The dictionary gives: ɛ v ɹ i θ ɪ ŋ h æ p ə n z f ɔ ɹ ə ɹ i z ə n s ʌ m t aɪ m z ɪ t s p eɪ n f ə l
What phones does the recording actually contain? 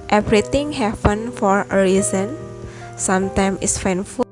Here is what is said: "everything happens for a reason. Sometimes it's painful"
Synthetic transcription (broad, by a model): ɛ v ɹ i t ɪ ŋ h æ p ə n f ɔ ɹ ə ɹ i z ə n s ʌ m t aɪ m ɪ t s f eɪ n f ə